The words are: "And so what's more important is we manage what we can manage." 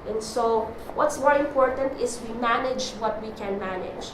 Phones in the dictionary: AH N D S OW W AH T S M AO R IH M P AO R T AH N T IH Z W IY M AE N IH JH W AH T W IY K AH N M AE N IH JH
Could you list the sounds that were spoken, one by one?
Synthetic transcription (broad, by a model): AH N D S OW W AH T S M AO R IH M P AO R T AH N T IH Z W IY M AE N IH JH W AH T W IY K AH N M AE N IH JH